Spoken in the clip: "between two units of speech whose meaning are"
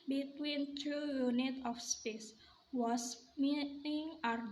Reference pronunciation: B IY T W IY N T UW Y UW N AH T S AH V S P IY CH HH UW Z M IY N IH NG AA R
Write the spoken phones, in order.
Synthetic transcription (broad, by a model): B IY T W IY N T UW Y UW N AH T AH F S P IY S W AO S M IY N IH NG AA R